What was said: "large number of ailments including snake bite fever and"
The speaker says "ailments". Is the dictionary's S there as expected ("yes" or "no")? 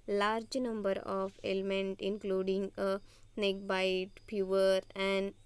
no